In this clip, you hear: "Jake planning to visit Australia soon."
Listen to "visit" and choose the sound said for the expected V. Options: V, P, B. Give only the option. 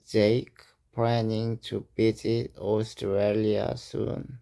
B